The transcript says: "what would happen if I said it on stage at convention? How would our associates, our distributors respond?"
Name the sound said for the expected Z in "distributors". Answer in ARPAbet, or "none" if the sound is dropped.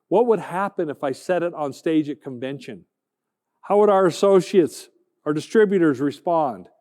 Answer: Z